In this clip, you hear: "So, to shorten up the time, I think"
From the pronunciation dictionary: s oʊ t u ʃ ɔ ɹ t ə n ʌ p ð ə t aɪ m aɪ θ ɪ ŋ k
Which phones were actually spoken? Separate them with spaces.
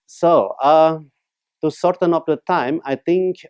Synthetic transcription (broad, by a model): s oʊ t u s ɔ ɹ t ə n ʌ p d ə t aɪ m aɪ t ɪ ŋ k